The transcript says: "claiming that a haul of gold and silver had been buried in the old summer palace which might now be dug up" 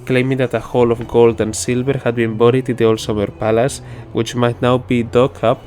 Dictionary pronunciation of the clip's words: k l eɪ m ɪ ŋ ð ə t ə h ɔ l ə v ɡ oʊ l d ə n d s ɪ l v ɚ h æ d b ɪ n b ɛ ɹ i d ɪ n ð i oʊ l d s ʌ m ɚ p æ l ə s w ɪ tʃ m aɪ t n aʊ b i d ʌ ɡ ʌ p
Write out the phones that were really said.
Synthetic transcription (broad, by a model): k l eɪ m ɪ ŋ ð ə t ə h ɔ l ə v ɡ oʊ l d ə n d s ɪ l v ɚ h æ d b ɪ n b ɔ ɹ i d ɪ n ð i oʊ l s ʌ m ɚ p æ l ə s w ɪ tʃ m aɪ t n aʊ b i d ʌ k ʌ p